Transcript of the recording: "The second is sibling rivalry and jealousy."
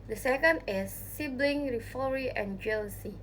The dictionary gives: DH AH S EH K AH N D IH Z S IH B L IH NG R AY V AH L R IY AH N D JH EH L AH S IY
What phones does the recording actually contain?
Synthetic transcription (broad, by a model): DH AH S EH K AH N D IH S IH B L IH NG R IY F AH R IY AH N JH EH L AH S IY